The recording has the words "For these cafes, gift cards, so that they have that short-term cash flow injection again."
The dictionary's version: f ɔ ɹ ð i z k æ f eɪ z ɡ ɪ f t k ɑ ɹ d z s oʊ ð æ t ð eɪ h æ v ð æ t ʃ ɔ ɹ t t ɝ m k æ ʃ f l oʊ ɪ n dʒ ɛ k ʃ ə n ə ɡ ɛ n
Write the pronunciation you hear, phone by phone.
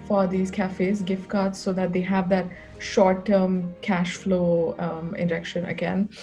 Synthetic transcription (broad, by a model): f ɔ ɹ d i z k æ f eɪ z ɡ ɪ f t k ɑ ɹ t s oʊ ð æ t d eɪ h æ v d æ t ʃ ɔ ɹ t t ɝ m k æ ʃ f l oʊ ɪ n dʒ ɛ k ʃ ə n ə ɡ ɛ n